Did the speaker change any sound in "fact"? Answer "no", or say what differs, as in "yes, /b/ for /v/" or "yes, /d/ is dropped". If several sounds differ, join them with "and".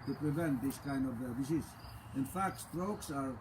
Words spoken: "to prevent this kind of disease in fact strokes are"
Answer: no